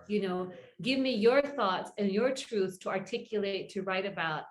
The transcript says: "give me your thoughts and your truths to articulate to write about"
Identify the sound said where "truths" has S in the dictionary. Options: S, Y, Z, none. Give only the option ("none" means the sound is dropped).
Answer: none